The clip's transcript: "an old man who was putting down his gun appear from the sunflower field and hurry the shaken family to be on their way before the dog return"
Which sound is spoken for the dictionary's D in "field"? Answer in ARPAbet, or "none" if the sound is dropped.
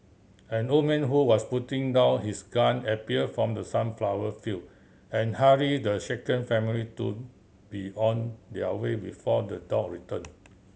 none